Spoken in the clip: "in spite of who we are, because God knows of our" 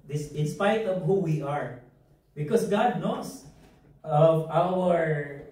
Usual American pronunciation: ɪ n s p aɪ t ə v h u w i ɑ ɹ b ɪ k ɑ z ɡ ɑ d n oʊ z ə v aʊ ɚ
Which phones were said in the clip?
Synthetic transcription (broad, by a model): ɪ n s p aɪ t ə v h u w i ɑ ɹ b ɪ k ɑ s ɡ ɑ d n oʊ s ə v aʊ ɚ